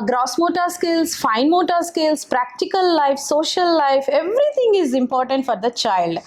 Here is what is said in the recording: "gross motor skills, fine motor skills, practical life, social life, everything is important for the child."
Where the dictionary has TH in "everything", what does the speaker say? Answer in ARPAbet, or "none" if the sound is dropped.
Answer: T